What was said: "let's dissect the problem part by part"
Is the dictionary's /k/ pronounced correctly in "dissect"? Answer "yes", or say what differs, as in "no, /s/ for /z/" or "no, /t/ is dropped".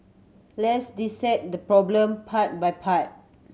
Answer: no, /k/ is dropped